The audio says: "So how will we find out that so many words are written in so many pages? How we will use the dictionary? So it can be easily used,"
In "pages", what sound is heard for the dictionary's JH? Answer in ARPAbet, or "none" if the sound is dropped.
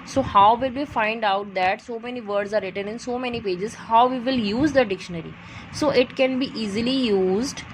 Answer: JH